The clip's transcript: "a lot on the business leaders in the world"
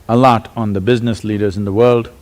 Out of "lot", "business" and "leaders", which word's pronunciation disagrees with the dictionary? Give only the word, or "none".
none